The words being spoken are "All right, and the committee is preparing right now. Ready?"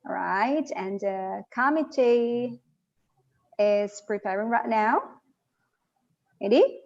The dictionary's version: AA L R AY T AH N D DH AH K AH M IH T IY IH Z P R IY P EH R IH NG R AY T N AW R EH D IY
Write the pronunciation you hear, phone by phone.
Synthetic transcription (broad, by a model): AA R AY T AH N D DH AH K AH M IH T IY IH Z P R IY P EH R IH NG R AY T N AW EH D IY